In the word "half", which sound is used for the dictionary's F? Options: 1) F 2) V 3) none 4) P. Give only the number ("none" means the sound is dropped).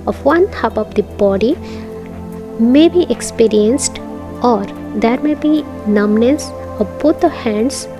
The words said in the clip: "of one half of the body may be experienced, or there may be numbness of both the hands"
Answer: 4